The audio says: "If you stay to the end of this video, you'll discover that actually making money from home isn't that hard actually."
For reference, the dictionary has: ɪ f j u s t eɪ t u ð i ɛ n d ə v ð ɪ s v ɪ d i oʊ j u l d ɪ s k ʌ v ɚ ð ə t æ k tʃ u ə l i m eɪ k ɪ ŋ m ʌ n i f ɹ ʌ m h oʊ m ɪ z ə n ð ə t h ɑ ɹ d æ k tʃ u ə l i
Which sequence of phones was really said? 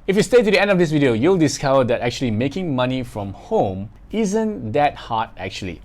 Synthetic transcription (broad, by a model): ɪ f j u s t eɪ t u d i ɛ n d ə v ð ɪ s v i d i oʊ j u l d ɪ s k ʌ v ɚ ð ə t æ k tʃ u ə l i m eɪ k ɪ ŋ m ʌ n i f ɹ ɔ m h oʊ m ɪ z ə n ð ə t h ɑ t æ k tʃ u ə l i